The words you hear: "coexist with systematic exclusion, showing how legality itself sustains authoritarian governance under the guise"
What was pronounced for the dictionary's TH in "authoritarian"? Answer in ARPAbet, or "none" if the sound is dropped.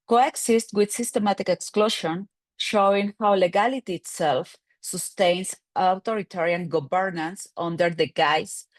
T